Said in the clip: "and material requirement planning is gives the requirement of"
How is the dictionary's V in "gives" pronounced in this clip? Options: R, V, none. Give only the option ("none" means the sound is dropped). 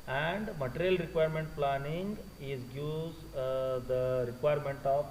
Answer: none